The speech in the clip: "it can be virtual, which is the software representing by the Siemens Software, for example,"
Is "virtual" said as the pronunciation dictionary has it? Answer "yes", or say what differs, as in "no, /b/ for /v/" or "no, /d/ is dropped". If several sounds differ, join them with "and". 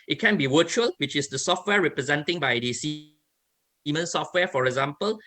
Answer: no, /w/ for /v/